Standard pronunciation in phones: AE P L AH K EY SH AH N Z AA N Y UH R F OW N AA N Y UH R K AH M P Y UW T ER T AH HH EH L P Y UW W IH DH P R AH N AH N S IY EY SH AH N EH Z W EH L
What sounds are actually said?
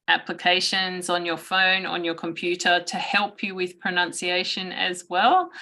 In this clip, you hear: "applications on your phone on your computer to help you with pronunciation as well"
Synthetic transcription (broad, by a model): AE P L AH K EY SH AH N Z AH N Y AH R F OW N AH N Y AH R K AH M P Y UW T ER T AH HH EH L P Y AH W IH DH P R AH N AH N S IY EY SH AH N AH Z W EH L